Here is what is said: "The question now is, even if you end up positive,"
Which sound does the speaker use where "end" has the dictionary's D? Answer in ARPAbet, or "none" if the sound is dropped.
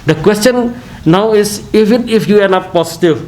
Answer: none